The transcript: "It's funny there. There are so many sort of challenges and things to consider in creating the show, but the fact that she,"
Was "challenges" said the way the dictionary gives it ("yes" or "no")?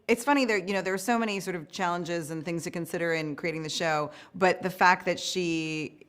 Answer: yes